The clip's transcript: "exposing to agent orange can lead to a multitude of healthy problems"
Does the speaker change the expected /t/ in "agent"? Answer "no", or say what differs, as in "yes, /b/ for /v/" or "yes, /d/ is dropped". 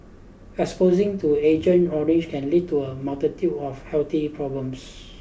yes, /t/ is dropped